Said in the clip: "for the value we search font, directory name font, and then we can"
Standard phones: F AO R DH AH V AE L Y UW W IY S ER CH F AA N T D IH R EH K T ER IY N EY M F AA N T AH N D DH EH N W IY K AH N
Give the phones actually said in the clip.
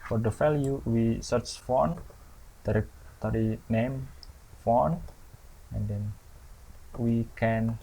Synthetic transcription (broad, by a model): F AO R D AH F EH L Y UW W IY S ER CH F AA N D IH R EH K T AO IY N EY M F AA N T AH N D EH N W IY K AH N